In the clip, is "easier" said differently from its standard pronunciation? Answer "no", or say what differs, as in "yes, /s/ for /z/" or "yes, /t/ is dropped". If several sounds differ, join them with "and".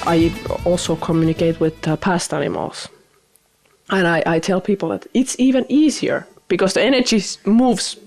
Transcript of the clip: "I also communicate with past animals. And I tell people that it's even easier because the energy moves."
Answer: no